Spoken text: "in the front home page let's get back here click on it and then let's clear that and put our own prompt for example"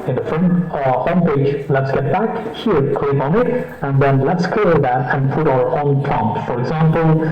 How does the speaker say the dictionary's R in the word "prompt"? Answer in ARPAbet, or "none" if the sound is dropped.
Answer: none